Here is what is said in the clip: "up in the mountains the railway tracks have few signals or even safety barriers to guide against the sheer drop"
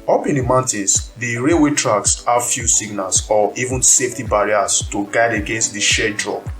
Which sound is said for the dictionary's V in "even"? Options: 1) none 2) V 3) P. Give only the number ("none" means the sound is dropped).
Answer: 2